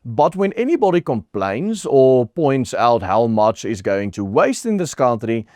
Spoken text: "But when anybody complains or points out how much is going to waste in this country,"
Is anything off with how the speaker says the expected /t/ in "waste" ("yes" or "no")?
no